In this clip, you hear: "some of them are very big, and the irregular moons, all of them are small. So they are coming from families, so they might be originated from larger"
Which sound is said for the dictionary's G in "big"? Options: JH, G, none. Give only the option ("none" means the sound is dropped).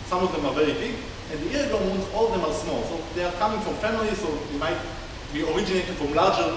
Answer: none